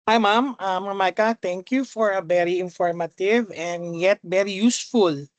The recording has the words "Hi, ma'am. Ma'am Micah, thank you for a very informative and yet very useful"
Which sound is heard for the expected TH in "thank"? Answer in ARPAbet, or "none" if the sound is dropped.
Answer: T